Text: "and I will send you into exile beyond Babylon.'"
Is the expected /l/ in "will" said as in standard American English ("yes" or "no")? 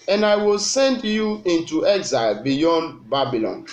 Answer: yes